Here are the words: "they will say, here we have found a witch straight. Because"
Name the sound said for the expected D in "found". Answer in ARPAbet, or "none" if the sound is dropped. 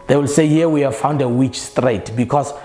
D